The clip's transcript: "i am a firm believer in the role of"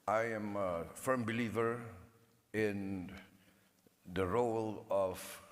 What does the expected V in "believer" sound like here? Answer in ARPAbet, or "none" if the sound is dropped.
V